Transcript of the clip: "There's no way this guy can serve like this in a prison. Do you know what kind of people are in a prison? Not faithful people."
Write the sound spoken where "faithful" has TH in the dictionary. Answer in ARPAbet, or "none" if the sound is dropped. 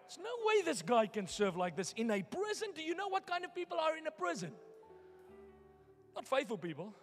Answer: TH